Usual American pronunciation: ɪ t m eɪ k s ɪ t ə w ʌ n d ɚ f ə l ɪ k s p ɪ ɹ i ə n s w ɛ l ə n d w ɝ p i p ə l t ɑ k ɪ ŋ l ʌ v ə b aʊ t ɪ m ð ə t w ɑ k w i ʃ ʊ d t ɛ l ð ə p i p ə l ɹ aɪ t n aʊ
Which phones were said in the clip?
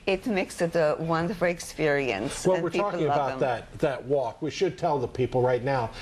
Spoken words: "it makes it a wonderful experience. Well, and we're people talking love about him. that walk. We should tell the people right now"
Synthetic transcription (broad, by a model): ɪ t m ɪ k s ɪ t ə w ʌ n d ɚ f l ɪ k s p ɪ ɹ i ə n s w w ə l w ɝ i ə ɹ t ɑ k ɪ ŋ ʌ ə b aʊ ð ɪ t ð ə t w ɑ k w i ʃ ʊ d t ɛ l ð ə p i p l ɹ aɪ t n aʊ